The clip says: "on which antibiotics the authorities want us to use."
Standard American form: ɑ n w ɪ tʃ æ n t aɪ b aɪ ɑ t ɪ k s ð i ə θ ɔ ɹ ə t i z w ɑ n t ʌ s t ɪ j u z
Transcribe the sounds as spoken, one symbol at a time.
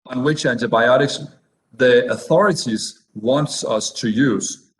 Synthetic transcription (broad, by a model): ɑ n w ɪ tʃ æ n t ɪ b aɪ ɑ t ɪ k s ð i ə θ ɔ ɹ ə t i z w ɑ n t ʌ s t ɪ j u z